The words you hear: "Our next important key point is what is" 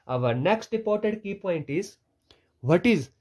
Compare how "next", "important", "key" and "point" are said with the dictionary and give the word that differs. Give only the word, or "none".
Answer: important